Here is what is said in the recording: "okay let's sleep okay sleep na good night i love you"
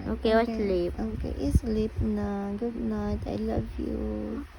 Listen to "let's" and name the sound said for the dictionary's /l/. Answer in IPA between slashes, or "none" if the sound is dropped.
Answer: /w/